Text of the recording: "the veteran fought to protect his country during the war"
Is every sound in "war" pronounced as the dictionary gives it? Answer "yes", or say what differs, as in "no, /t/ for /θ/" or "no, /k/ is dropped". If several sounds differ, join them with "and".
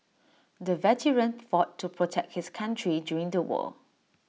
no, /l/ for /ɹ/